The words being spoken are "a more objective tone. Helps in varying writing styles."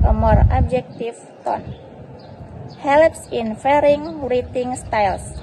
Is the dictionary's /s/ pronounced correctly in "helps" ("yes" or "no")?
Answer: yes